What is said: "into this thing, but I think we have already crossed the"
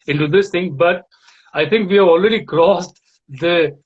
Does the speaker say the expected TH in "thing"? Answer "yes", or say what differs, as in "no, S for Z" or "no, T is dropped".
no, T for TH